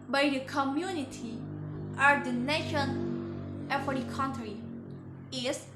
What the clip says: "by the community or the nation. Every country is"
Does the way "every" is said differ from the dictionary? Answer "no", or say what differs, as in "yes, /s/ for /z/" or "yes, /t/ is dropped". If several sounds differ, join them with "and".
yes, /f/ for /v/